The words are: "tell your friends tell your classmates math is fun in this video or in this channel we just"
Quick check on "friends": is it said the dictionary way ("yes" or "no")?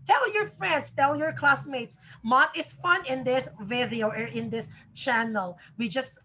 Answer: no